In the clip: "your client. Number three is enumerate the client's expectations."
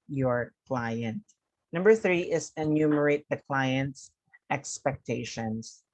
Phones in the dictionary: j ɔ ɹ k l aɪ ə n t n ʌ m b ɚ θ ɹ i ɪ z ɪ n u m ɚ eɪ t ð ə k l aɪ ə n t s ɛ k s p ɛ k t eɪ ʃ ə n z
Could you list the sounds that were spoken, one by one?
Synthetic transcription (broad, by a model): j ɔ ɹ k l aɪ ə n t n ʌ m b ɚ θ ɹ i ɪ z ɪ n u m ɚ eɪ t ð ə k l aɪ ə n t s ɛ k s p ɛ k t eɪ ʃ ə n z